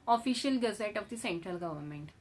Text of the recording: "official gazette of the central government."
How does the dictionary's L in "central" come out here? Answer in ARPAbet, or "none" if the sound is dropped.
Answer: L